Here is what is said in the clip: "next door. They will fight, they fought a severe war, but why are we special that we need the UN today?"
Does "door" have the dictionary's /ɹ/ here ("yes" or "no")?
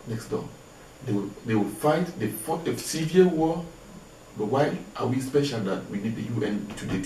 no